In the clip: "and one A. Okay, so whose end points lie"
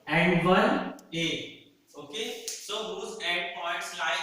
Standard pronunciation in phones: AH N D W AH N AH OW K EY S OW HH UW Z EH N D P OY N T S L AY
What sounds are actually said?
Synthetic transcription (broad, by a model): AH N D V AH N AH OW K EY S OW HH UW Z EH D P OY N T S L AY